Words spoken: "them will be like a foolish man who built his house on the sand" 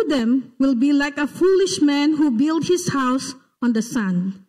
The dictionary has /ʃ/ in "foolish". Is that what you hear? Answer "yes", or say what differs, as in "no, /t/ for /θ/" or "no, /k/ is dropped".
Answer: yes